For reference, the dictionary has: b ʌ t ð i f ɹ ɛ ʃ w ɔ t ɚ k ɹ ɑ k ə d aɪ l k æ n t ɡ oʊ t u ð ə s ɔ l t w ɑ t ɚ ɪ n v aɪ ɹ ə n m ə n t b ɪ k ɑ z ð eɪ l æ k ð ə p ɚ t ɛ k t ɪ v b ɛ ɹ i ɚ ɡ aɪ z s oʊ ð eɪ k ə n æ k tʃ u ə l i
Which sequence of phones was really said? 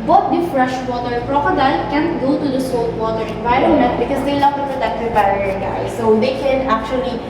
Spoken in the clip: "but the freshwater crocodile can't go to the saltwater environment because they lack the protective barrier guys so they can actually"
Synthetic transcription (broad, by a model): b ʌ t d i f ɹ ɛ ʃ w ɔ t ɚ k ɹ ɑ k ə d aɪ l k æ n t ɡ oʊ t u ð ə s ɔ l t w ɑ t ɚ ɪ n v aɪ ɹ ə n ə t b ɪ k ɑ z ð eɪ l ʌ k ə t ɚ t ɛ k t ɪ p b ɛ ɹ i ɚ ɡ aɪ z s oʊ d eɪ k ə n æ k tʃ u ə l i